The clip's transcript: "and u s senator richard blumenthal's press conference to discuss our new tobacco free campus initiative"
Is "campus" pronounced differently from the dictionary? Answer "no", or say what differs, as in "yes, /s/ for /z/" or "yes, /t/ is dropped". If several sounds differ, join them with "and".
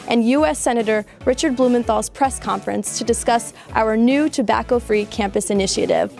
no